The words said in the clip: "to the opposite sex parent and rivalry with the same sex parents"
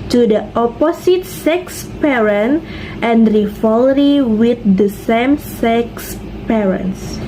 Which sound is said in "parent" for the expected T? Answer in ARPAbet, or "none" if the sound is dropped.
T